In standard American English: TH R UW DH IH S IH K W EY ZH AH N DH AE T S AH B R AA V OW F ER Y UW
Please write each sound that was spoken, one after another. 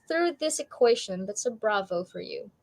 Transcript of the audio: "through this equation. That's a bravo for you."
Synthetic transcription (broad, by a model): TH R UW DH IH S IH K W EY SH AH N DH AE T S AH B R AA V OW F ER Y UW